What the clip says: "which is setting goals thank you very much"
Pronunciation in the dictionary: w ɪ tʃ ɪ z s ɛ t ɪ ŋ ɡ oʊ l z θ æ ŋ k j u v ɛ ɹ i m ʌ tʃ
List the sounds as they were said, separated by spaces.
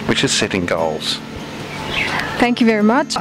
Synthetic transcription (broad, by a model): w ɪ tʃ ɪ z s ɛ t ɪ ŋ ɡ oʊ l z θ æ ŋ k j u v ɛ ɹ i m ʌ tʃ